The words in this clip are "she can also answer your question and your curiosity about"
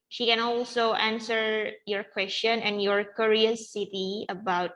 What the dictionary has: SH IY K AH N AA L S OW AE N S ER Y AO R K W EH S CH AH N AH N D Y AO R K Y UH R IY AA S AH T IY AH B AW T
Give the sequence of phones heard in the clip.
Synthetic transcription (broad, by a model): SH IY K AH N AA L S OW AE N S ER Y AO R K W EH S CH AH N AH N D Y AO R K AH R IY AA S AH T IY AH B AW T